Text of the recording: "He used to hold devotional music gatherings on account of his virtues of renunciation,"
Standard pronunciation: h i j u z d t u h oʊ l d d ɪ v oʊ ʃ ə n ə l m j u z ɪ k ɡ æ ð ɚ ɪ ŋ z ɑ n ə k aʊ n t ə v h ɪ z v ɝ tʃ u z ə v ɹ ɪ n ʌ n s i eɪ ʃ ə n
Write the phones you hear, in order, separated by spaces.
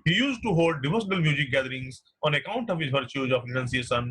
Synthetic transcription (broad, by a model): h i j u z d t u h oʊ l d d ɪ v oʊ s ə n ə l m j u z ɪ k ɡ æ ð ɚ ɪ ŋ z ɑ n ə k aʊ n t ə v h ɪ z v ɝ tʃ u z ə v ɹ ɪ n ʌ n s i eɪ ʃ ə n